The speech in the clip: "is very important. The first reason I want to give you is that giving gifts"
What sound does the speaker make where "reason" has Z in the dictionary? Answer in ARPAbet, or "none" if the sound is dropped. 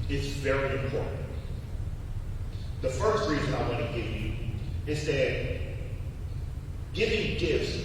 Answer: Z